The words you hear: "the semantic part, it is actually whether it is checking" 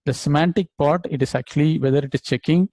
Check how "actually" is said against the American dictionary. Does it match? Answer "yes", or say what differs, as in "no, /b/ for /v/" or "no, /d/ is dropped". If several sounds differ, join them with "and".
yes